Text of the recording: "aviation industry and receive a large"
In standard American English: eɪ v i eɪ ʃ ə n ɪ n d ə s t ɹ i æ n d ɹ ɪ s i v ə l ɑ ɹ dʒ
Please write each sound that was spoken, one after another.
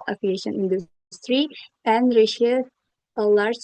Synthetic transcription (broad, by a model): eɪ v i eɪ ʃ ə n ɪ n d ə s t ɹ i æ n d ɹ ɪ ʃ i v ə l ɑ ɹ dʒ